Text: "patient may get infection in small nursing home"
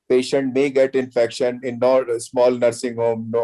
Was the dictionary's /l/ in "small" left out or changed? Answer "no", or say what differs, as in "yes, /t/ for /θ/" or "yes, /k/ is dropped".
no